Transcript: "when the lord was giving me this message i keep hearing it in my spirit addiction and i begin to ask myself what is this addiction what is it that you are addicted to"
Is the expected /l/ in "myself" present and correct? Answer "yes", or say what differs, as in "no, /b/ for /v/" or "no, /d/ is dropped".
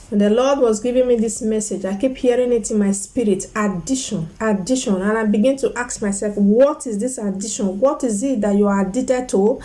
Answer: yes